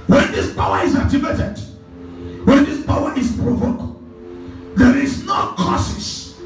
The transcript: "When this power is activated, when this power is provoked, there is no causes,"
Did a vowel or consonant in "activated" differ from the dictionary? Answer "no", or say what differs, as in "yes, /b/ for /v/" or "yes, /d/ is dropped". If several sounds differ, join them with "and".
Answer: yes, /k/ is dropped